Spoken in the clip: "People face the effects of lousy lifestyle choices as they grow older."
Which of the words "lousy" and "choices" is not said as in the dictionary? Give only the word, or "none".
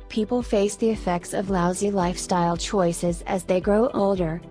none